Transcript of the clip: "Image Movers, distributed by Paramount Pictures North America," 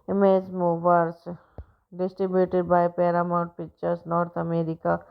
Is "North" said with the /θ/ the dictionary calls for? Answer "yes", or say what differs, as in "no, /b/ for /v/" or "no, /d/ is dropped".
no, /t/ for /θ/